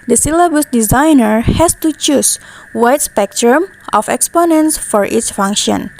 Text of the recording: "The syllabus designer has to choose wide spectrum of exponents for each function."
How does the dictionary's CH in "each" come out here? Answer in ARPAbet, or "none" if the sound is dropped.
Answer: S